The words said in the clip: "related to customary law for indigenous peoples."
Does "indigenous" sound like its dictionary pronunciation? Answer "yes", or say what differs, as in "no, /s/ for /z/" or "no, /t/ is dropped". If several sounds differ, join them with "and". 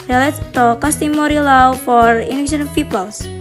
no, /ʃ/ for /dʒ/ and /s/ is dropped